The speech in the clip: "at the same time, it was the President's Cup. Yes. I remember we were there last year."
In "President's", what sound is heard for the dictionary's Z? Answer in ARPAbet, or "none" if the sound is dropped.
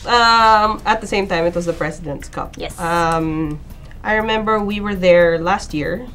S